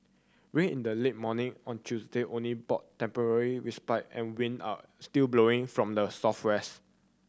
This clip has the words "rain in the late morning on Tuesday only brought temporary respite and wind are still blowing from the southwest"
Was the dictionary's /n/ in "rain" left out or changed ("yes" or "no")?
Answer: yes